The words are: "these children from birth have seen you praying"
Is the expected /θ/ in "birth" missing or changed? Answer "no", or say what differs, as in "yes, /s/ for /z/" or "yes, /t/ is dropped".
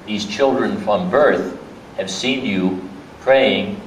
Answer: no